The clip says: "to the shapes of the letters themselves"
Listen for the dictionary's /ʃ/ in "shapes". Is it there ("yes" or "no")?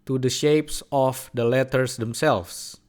yes